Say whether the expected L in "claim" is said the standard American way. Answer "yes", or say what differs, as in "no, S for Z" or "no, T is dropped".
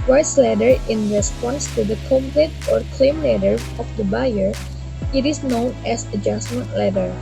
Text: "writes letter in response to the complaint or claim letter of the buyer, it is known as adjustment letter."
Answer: yes